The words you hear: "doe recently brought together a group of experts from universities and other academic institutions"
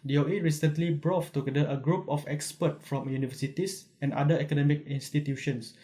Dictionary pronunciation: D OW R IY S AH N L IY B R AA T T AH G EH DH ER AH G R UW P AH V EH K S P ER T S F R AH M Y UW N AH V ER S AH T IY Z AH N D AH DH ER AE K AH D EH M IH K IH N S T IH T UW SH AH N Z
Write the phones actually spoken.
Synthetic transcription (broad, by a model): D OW R IY S AH N L IY B R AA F T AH G EH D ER AH G R UW P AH F EH K S P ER T F R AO M Y UW N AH V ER S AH T IY S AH N D AH ER K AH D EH M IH K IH N S T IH T UW SH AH N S